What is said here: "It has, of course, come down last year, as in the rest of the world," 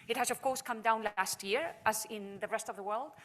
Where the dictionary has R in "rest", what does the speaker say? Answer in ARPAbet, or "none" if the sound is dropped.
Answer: R